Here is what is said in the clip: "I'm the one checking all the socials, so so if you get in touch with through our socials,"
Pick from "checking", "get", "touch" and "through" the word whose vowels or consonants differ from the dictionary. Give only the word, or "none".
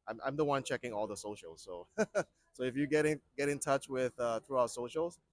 none